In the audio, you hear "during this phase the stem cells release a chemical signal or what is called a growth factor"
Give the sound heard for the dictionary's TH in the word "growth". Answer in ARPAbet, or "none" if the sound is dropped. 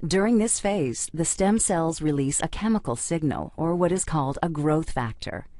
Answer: TH